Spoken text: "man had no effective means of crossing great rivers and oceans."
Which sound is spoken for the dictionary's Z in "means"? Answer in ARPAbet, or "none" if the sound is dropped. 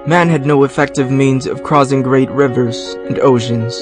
Z